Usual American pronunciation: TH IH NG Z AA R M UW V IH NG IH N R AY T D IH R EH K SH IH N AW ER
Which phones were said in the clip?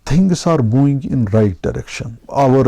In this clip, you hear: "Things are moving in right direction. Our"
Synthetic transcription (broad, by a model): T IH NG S AA R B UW IH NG IH N R AY T D IH R EH K SH IH N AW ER